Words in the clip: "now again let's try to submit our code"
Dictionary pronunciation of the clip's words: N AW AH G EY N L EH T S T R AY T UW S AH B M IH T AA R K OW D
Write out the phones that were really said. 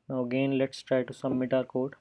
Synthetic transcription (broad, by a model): N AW AH G EY N L EH T S T R AY T UW S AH M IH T AA R K OW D